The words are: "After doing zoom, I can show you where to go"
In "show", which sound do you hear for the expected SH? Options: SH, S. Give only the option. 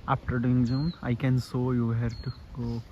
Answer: S